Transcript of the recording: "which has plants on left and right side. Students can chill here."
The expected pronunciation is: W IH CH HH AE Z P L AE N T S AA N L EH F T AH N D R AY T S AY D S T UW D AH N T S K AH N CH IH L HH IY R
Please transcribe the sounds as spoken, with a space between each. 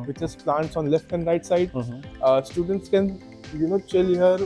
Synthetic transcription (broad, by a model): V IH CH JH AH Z P L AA N T S AA N L EH F T AH N D R AY T S AY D S T UW D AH N T S K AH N CH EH L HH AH R